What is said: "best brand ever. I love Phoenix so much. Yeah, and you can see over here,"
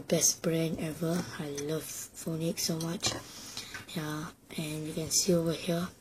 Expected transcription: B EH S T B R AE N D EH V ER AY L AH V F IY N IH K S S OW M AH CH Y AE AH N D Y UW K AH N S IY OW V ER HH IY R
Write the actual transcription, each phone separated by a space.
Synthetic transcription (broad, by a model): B EH S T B R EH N EH V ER AY L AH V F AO N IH K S S OW M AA CH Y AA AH N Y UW K AH N S IY OW V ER HH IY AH